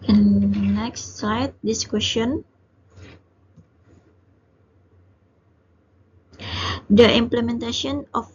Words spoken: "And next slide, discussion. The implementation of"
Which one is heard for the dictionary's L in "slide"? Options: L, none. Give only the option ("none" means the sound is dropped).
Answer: none